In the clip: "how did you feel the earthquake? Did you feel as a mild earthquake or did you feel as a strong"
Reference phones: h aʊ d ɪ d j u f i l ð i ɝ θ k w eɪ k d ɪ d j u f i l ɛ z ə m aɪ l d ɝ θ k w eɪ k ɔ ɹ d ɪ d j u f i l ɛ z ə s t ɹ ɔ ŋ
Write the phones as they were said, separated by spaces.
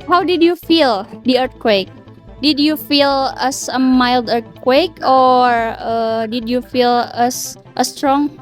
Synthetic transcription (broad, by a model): h aʊ d ɪ d j u f i l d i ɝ t k w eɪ k d ɪ d j u f i l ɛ s ə m aɪ l d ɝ t k w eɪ k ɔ ɹ d ɪ d j u f i l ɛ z ə s t ɹ ɔ ŋ